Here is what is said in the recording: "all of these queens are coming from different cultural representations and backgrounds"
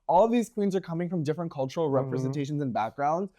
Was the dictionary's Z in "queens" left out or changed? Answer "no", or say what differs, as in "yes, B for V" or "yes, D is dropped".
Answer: no